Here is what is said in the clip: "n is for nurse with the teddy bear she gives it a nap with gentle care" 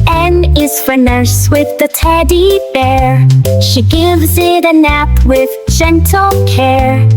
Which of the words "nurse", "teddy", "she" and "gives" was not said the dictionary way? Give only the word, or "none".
none